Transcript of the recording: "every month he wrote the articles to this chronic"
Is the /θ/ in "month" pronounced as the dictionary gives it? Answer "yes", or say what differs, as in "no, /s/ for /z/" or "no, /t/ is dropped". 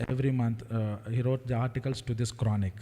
no, /t/ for /θ/